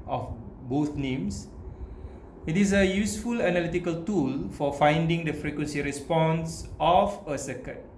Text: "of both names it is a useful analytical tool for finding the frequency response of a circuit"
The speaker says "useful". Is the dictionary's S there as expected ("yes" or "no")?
yes